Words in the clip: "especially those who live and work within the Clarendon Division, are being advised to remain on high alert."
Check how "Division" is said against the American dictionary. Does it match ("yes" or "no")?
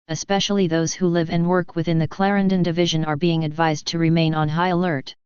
yes